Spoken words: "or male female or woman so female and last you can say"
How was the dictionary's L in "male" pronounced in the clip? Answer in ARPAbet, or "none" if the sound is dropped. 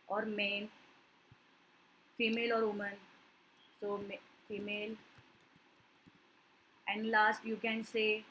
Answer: N